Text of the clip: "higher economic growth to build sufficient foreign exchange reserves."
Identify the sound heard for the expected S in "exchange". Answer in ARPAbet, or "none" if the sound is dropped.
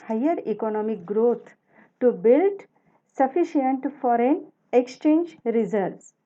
S